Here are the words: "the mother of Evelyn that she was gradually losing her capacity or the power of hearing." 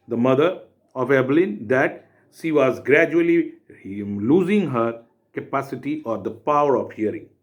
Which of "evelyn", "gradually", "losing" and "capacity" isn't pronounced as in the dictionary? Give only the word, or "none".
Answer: evelyn